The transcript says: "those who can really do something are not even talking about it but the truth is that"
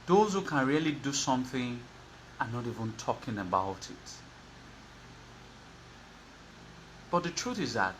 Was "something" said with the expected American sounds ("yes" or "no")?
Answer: yes